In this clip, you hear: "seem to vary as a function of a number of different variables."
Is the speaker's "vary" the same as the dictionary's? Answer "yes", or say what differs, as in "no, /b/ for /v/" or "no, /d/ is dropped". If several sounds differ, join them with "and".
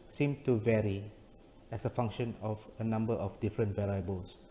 yes